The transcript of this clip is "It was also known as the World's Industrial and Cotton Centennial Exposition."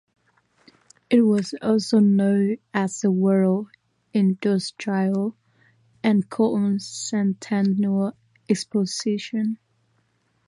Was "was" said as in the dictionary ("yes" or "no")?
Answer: yes